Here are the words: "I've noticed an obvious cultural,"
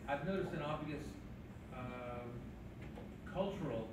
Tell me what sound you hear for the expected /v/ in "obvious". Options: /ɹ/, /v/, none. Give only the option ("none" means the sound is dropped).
none